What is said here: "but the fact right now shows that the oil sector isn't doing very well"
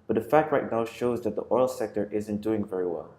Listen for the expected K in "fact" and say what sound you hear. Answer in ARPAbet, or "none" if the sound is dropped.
K